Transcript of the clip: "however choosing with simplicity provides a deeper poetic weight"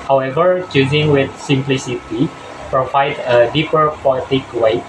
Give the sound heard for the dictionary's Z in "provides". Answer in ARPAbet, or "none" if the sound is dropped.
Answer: none